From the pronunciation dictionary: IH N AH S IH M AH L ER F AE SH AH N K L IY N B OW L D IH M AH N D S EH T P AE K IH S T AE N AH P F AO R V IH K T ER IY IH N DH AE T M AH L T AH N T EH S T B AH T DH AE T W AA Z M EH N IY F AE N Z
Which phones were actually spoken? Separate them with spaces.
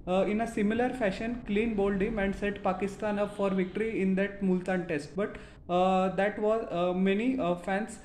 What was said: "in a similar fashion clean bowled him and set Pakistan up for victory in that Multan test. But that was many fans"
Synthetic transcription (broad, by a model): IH N AH S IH M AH L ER F AE SH AH N K L IY N B OW L D IH M AH N D S EH T P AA K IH S T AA N AH P F AO R V IH K T ER IY IH N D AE T M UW L T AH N T EH S T B AH T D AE T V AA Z M EH N IY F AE N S